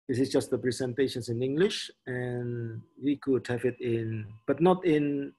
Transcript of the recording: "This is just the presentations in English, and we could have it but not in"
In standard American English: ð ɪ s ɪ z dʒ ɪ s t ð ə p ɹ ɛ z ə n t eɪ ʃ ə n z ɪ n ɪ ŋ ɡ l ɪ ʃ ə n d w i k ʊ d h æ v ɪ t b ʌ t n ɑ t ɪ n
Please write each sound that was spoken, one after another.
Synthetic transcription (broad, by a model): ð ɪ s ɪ s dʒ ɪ s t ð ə p ɹ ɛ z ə n t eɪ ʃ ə n s ɪ n ɪ ŋ ɡ l ɪ ʃ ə n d w i k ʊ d h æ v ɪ t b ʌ t n ɑ t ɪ n